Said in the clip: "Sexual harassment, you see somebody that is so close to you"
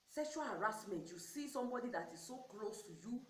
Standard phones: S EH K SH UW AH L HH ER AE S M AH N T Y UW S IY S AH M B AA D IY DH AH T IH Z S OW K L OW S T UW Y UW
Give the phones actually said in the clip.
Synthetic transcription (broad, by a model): S EH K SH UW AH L HH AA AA S M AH N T Y UW S IY S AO M B AA D IY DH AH T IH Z S OW K L OW S T UW Y UW